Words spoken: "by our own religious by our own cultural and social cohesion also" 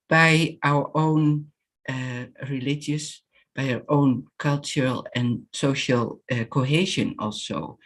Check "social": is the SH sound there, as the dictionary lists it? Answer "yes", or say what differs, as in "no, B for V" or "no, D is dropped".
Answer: yes